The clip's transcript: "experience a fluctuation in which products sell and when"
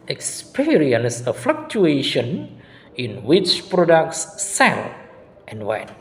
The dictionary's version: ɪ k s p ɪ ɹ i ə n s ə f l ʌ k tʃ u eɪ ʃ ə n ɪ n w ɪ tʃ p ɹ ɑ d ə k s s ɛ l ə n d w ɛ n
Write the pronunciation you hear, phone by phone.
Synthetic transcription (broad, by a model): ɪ k s p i ɹ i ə n s ə f l ʌ k tʃ u eɪ ʃ ə n ɪ n w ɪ tʃ p ɹ ɑ d ə k s s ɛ l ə n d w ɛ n